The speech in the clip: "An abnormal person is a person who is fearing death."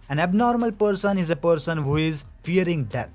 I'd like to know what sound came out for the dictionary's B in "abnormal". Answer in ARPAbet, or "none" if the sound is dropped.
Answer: B